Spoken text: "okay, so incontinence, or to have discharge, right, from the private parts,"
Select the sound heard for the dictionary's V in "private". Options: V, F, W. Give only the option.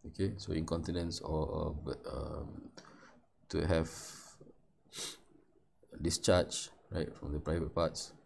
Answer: V